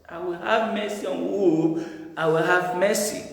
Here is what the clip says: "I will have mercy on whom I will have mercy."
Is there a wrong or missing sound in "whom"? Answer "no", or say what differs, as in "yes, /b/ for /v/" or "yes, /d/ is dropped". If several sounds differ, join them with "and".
yes, /m/ is dropped